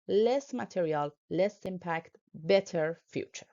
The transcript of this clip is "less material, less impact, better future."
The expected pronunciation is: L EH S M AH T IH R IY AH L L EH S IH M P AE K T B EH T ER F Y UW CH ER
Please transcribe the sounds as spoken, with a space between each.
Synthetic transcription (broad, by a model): L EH S M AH T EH R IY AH L L EH S IH M P AE K T B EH T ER F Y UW CH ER